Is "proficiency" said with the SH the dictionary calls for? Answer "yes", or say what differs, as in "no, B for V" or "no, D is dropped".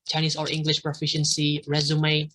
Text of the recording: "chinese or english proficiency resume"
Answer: yes